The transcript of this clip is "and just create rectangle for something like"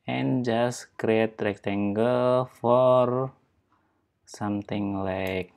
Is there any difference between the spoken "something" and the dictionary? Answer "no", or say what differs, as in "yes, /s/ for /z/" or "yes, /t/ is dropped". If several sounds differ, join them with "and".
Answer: yes, /t/ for /θ/